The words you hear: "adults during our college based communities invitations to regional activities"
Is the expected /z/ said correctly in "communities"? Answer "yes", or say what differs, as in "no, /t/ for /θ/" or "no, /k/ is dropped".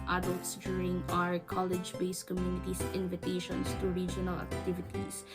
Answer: no, /s/ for /z/